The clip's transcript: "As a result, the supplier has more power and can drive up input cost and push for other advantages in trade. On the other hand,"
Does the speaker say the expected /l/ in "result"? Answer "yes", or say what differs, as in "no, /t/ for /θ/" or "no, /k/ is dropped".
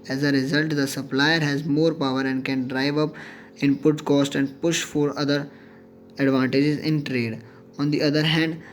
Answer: yes